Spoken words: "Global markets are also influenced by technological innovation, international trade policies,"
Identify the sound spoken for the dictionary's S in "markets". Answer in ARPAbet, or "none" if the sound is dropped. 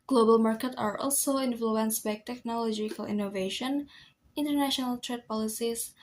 none